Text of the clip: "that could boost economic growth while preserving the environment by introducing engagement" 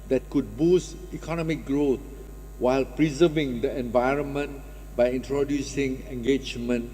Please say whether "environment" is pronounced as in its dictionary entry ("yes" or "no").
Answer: yes